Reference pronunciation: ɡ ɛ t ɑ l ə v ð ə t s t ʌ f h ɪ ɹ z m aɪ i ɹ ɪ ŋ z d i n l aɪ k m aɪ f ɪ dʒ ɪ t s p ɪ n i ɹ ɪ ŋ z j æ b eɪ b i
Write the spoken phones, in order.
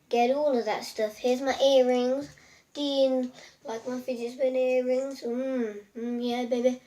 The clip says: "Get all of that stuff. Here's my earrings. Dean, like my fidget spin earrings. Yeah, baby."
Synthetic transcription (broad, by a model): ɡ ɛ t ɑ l ə v ð ə t s t ʌ f h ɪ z m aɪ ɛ ɹ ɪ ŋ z d i n l aɪ k m aɪ f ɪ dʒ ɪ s b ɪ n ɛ ɹ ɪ ŋ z j æ b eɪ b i